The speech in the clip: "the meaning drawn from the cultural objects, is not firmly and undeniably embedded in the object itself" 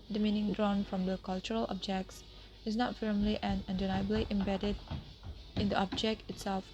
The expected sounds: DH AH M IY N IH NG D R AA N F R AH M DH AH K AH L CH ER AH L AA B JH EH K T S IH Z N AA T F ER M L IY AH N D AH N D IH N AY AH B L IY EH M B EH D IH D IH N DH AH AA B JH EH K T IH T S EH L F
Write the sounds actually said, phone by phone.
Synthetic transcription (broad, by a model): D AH M IY N IH NG D R AA N F R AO M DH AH K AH L CH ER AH L AA B JH EH K T S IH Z N AA T F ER M L IY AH N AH N D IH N AY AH B L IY EH M B EH D IH D IH N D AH AA B JH EH K T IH T S EH L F